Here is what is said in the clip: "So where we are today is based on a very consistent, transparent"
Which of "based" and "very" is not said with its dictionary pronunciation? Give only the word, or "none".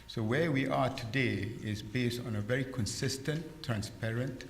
none